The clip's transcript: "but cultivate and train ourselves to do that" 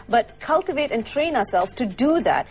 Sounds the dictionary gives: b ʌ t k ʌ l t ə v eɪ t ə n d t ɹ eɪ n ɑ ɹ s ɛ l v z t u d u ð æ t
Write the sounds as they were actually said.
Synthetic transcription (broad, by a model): b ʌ t k ʌ l t ə v eɪ t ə n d t ɹ eɪ n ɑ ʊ s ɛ l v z t u d u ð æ t